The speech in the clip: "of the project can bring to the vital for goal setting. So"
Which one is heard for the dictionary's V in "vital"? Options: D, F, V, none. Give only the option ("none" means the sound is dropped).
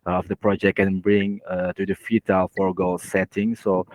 F